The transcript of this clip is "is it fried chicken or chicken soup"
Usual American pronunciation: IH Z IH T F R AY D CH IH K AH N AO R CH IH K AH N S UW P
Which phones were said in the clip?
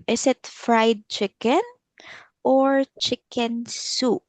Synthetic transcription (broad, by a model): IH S IH T F R AY D CH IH K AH N AO R CH IH K AH N S UW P